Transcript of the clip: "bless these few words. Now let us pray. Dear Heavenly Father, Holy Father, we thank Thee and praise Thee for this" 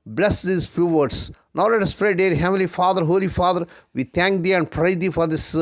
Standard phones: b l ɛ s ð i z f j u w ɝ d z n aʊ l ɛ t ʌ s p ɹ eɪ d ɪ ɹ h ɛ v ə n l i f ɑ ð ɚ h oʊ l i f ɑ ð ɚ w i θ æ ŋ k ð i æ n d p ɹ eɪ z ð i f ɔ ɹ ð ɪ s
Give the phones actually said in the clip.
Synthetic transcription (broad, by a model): b l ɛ s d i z f j u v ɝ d s n aʊ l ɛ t ʌ s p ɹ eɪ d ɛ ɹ h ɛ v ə l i f ɑ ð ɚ h oʊ l i f ɑ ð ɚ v i t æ ŋ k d i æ n d p ɹ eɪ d i f ɔ ɹ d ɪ s